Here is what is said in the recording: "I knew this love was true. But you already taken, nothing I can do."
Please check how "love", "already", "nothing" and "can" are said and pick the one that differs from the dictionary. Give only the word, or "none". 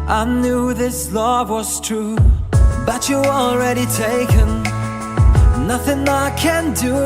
none